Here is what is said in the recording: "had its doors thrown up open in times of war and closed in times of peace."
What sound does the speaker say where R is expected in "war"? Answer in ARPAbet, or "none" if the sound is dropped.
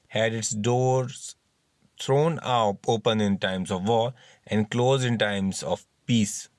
L